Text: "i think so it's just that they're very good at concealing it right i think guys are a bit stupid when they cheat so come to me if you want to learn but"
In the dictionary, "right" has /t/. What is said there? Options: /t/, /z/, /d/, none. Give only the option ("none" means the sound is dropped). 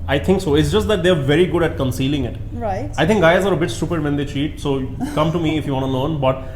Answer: none